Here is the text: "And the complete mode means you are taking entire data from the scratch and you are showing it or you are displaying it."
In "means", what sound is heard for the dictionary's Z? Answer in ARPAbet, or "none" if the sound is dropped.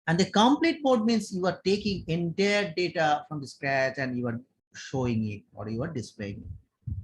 S